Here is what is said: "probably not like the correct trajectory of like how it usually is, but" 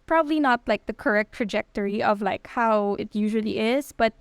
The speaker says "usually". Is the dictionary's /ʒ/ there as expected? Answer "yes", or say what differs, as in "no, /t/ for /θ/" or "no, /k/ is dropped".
yes